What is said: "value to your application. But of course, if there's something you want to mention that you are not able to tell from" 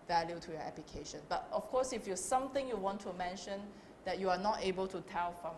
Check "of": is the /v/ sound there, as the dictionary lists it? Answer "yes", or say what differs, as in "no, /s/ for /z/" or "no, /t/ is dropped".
no, /f/ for /v/